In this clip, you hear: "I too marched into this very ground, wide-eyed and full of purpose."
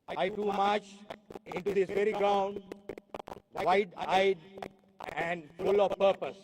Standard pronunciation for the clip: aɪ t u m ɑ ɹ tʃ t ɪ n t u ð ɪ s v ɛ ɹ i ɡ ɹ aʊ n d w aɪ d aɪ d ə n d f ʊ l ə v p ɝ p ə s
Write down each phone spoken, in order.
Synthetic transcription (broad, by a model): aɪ t u m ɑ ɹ tʃ ɪ n t u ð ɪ s v ɛ ɹ i ɡ ɹ aʊ n d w aɪ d aɪ d ə n d f ʊ l ə v p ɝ p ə s